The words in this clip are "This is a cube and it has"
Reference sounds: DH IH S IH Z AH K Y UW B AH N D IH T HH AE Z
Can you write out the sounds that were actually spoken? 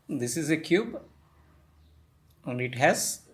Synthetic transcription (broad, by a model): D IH S IH Z AH K Y UW B AH N D IH T HH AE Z